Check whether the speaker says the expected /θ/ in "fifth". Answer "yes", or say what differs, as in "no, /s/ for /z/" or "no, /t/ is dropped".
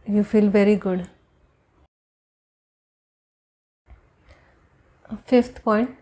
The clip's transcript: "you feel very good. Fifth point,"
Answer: no, /t/ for /θ/